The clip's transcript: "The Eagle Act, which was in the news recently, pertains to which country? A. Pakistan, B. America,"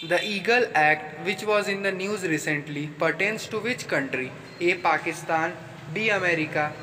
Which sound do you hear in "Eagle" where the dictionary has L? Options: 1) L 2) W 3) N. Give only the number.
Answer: 1